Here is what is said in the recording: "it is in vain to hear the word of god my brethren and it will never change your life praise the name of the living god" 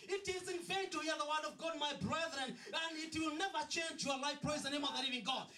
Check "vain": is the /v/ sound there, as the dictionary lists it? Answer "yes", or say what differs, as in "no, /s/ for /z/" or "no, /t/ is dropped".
no, /f/ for /v/